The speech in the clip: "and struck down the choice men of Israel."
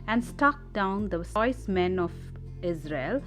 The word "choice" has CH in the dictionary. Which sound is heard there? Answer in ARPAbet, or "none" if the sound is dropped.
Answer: S